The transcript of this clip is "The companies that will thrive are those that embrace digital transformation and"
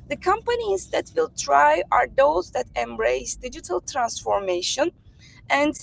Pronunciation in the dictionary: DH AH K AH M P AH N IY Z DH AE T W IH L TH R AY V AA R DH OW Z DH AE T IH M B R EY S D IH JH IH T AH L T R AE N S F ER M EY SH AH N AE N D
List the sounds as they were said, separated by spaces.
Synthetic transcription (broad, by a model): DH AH K AH M P AH N IY Z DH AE T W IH L T R AY AA R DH OW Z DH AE T IH M B R EY S D IH JH IH T AH L T R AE N S F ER M EY SH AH N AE N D